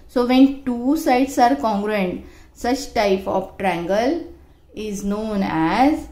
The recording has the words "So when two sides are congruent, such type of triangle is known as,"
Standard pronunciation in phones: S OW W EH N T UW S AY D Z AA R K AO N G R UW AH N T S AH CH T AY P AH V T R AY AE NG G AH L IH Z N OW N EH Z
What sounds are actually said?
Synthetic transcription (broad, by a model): S OW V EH N T UW S AY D S AA R K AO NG G R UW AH N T S AH CH T AY P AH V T R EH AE NG G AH L IH Z N OW N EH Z